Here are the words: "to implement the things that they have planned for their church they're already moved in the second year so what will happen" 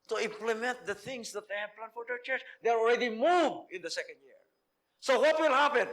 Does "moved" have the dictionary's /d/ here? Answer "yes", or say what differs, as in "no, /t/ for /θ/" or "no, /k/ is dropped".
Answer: no, /d/ is dropped